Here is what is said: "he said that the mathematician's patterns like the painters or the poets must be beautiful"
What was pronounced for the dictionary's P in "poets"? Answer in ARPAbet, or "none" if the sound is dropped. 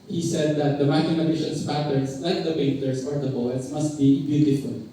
B